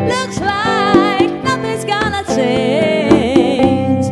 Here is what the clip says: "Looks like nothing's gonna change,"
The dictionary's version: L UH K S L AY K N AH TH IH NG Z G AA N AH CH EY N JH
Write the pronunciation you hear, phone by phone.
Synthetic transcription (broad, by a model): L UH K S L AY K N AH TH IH Z G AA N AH CH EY N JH